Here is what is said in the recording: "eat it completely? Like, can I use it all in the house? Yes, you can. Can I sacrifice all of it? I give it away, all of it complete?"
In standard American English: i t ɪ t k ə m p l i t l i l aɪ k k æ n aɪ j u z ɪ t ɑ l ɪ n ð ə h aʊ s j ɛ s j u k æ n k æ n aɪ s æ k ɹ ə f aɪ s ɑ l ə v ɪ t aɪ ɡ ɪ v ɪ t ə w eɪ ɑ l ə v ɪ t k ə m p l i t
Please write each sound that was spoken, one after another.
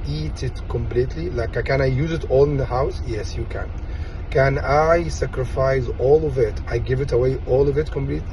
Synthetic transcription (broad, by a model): i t ɪ t k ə m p l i t l i l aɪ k k æ n aɪ j u z ɪ t ɑ l ɪ n ð ə h aʊ s j ɛ s j u k æ n k æ n aɪ s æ k ɹ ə f aɪ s ɑ l ə v ɪ t aɪ ɡ ɪ v ɪ t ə w eɪ ɑ l ə v ɪ t k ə m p l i t